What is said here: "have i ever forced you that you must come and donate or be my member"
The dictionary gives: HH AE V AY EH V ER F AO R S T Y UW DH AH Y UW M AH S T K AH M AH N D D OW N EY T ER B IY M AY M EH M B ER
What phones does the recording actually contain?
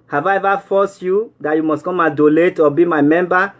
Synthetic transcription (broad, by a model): HH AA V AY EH V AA F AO S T Y UW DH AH Y UW M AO S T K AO M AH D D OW L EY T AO B IY M AY M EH M B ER